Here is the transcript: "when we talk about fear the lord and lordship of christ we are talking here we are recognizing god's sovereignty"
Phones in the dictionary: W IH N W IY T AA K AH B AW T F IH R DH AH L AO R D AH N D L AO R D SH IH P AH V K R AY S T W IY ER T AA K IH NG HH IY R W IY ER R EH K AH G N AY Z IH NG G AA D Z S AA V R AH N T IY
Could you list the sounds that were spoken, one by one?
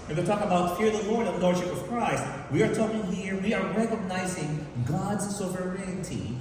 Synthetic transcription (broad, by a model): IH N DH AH T AA K AH B AW T F IH R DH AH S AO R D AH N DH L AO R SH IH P AH V K R AY S T W IY ER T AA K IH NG HH IY R W IY ER R EH K AH G N AY Z IH NG G AA D Z S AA V R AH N T IY